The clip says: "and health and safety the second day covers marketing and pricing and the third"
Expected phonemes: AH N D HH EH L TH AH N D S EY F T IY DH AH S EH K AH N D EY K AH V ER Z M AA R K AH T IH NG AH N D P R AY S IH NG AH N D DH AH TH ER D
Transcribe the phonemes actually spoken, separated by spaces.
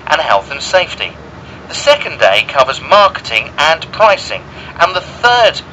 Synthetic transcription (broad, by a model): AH N HH EH L TH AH N S EY F T IY DH AH S EH K AH N D EY K AH V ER Z M AA R K AH T IH NG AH N P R AY S IH NG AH N DH AH TH ER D